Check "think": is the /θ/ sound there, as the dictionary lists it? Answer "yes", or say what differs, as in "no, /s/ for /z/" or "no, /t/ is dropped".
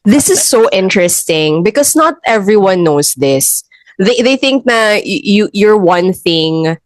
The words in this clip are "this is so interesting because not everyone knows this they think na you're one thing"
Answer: yes